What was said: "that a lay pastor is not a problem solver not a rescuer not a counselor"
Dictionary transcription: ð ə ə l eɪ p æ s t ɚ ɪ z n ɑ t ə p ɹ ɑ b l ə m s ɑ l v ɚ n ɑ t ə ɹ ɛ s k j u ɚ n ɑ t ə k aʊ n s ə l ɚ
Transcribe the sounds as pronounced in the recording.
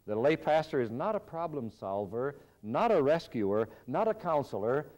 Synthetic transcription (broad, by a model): ð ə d l eɪ p æ s t ɚ ɪ z n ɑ t ə p ɹ ɑ b l ə m s ɑ l v ɚ n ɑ t ə ɹ ɛ s k j u ɚ n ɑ t ə k aʊ n s l ɚ